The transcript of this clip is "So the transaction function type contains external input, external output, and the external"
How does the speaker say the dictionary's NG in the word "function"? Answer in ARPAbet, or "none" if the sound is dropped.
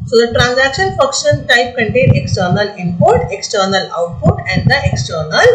none